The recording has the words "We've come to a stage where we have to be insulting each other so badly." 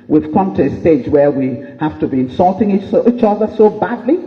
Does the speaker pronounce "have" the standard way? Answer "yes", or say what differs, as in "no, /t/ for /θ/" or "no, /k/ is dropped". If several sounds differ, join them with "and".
no, /f/ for /v/